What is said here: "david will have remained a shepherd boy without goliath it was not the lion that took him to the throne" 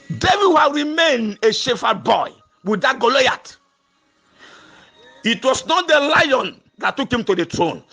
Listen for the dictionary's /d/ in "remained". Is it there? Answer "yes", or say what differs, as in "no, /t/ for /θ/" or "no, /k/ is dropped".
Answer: yes